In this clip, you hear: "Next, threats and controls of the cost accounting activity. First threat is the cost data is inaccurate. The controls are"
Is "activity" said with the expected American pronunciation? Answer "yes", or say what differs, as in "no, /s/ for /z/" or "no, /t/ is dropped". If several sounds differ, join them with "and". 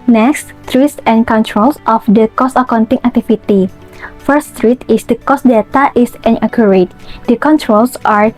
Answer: no, /f/ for /v/